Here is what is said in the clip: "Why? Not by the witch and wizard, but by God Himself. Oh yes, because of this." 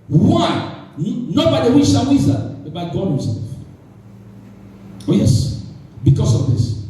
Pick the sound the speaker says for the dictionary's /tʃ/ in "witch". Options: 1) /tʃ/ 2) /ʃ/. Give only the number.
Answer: 2